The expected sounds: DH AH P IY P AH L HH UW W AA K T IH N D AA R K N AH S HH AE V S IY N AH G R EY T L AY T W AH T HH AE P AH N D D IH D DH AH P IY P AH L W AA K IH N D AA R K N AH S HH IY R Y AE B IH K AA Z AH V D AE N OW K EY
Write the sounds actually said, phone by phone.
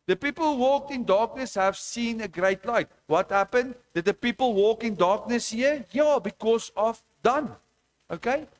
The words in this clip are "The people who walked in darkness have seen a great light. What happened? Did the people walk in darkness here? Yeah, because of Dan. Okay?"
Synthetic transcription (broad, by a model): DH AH P IY P AH L HH UW W AA K T IH N D AA K N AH S HH AE V S IY N AH G R EY T L AY T W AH T HH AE P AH N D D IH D DH AH P IY P AH L W AA K IH N D AA K N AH S HH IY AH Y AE B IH K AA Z AH V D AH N OW K EY